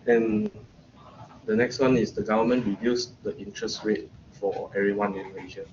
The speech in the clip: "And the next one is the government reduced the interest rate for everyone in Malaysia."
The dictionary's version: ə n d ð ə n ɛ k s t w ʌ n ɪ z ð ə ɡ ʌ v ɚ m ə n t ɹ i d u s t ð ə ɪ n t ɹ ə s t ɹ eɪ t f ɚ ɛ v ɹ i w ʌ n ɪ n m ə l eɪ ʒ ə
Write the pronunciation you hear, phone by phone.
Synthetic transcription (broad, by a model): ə n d ə n ɛ k s t w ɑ n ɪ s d ə ɡ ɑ v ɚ m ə n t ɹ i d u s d ə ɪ n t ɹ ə s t w eɪ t f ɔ ɛ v ɹ i w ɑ n ɪ n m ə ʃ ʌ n